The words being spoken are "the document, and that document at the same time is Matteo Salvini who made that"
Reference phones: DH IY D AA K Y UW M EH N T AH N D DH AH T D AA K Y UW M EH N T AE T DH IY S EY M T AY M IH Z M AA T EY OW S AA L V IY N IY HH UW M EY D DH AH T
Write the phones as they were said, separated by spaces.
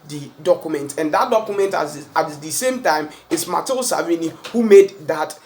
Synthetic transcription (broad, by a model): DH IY D AA K Y UW M EH N T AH N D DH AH T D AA K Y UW M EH N T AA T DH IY S EY M T AY M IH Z M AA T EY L S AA V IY N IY HH UW M EY D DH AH T